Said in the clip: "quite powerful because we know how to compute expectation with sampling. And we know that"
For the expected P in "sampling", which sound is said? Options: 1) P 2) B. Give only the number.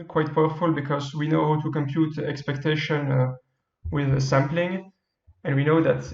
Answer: 1